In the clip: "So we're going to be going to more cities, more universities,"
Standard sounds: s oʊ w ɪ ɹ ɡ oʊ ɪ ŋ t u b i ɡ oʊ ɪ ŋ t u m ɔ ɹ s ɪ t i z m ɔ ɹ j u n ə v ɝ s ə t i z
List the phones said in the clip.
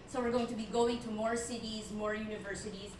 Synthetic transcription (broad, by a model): s oʊ w ɪ ɹ ɡ oʊ ɪ ŋ t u b i ɡ oʊ ɪ ŋ t u m ɔ ɹ s ɪ t i z m ɔ ɹ j u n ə v ɝ s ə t i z